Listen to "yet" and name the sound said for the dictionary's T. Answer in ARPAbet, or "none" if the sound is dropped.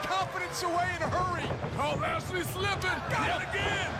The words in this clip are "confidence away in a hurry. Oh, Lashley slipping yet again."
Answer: none